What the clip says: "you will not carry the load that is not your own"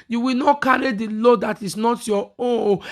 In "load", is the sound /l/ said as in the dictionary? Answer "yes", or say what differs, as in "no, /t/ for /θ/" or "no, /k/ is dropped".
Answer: yes